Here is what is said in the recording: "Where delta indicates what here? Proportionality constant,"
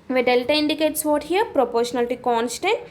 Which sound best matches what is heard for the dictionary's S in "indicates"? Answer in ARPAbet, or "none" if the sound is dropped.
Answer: S